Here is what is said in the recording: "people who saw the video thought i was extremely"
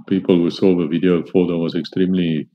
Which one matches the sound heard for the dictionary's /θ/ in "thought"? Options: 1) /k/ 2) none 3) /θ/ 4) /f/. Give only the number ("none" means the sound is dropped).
4